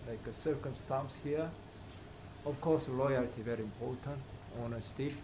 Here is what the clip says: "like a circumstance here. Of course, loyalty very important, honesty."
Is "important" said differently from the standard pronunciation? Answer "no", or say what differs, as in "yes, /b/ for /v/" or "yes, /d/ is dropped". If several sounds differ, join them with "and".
yes, /l/ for /ɹ/